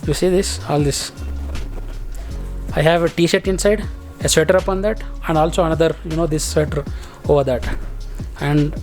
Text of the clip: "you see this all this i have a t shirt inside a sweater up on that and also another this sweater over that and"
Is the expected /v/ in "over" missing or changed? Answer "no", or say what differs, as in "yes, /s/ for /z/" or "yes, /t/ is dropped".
no